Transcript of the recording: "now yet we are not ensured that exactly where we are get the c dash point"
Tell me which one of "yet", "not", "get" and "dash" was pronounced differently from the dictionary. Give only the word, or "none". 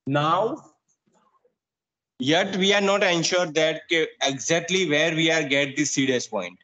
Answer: dash